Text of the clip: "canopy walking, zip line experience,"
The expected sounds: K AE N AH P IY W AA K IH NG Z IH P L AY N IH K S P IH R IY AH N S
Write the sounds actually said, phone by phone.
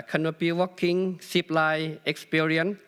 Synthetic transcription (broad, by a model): K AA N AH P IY W AA K IH NG S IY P L AY IH K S P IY R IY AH N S